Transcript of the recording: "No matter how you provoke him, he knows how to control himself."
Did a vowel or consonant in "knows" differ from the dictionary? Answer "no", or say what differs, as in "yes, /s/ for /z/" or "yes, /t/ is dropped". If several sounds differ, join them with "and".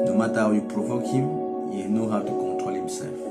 yes, /z/ is dropped